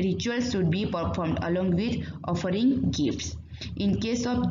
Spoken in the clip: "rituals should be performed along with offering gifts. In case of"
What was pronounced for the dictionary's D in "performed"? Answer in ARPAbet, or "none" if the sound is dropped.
D